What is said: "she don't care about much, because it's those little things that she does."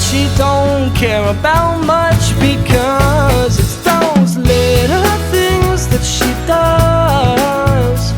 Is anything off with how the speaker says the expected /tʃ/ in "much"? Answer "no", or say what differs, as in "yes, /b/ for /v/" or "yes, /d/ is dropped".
no